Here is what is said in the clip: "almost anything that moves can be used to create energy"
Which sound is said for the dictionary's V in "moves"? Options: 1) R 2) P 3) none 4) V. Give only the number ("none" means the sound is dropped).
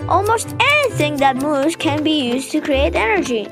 3